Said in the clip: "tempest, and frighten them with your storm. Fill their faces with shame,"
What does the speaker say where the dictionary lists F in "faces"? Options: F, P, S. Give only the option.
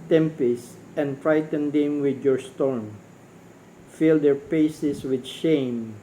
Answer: P